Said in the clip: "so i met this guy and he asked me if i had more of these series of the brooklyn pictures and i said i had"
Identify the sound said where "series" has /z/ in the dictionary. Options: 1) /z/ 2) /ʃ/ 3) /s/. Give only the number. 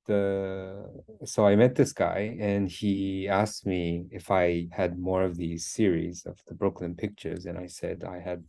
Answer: 1